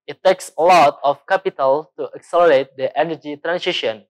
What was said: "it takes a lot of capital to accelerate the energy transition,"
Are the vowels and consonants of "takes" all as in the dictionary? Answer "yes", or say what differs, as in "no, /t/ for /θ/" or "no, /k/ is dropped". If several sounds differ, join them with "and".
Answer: yes